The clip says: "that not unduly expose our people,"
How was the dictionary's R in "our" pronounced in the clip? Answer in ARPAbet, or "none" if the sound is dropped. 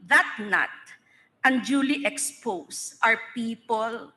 R